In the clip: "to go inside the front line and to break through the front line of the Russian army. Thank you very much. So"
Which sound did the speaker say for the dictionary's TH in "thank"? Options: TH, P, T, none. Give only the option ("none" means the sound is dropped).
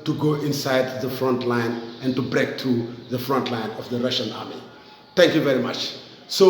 T